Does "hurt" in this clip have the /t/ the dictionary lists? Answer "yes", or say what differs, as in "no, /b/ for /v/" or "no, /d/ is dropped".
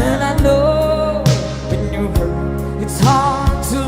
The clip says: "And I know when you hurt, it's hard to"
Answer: no, /t/ is dropped